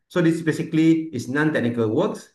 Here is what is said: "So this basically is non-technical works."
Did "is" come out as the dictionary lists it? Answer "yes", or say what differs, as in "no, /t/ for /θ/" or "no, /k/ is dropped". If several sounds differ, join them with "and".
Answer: no, /s/ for /z/